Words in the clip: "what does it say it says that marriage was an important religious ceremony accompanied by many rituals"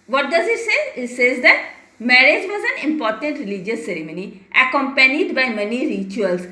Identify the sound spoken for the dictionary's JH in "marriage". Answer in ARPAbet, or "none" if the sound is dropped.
JH